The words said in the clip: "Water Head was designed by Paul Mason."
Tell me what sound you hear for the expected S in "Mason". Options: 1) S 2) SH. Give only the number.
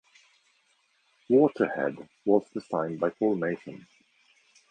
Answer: 2